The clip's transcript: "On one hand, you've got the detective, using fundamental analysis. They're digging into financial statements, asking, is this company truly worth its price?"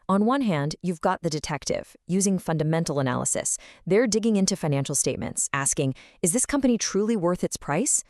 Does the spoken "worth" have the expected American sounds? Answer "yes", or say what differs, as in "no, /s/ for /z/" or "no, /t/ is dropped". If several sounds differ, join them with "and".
yes